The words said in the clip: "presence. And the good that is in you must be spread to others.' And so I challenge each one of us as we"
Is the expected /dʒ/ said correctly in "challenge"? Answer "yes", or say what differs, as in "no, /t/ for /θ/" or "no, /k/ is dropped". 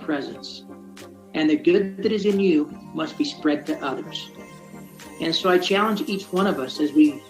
yes